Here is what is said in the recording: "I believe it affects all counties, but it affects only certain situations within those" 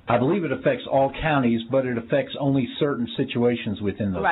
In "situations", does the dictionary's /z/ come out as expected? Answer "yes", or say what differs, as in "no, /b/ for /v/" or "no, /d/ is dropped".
yes